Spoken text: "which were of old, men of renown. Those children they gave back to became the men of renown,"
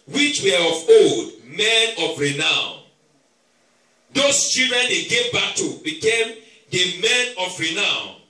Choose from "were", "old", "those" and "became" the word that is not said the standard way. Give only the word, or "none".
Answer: those